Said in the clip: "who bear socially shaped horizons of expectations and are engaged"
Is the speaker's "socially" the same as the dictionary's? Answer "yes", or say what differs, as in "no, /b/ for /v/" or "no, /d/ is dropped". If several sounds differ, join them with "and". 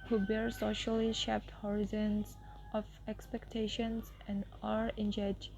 yes